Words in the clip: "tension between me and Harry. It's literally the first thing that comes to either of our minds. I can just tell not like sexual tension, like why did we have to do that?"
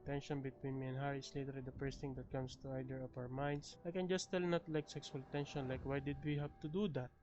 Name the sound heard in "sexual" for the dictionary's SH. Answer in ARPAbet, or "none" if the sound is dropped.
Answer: S